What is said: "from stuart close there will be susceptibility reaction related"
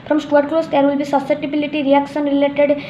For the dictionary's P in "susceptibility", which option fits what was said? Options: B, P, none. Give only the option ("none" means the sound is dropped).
none